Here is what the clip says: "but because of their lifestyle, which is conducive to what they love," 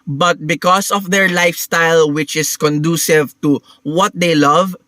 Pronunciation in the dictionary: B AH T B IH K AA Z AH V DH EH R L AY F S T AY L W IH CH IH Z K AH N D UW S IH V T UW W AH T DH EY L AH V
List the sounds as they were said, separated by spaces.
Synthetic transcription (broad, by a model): B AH T B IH K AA S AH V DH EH R L AY F S T AY L W IH CH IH S K AH N D UW S IH V T UW W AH T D EY L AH V